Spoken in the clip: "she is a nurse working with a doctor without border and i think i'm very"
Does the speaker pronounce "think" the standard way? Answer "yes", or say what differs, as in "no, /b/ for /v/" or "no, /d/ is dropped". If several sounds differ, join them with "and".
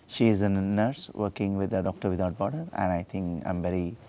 no, /t/ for /θ/